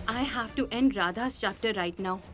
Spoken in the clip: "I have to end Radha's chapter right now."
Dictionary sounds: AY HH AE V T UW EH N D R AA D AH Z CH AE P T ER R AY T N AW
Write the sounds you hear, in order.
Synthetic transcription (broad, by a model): AY HH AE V T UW EH N D R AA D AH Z CH AE P T ER R AY T N AW